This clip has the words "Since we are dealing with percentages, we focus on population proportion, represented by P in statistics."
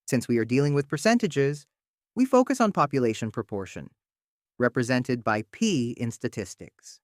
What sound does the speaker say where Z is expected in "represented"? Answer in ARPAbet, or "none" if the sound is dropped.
Z